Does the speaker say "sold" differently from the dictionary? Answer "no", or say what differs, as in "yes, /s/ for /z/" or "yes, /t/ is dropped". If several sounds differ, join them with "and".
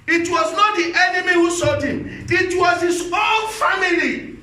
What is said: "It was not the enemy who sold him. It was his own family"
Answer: yes, /l/ is dropped